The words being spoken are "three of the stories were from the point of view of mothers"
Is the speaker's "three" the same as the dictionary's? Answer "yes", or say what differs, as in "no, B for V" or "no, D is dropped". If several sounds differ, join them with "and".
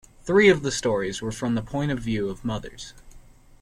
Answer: yes